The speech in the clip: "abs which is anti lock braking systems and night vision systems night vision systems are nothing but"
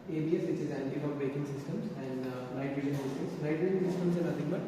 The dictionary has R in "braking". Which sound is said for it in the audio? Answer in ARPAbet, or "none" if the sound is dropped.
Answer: none